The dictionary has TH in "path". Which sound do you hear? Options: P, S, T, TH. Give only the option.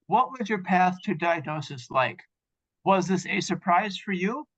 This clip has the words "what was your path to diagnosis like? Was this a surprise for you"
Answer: TH